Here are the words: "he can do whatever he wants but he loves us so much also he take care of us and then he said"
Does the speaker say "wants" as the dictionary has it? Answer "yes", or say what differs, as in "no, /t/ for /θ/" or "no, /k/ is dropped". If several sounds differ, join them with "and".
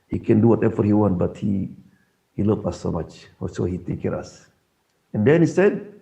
no, /s/ is dropped